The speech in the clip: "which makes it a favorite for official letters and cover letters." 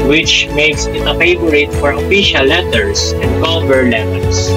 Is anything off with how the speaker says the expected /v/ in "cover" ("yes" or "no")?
yes